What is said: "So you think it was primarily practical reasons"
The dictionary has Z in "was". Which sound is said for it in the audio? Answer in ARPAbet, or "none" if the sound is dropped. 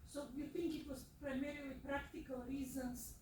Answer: S